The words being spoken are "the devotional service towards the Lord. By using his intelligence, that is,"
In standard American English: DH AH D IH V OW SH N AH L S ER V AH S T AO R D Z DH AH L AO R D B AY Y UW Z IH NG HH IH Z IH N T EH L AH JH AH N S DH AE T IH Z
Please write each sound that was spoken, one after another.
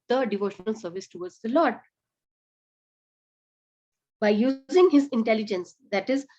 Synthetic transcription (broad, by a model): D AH D IH V OW SH N AH L S ER V AH S T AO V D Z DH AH L AO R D B AY Y UW Z IH NG HH IH Z IH N T EH L AH JH AH N S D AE T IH Z